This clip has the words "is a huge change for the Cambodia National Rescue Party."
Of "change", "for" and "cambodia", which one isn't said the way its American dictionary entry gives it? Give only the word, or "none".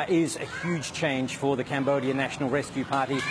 change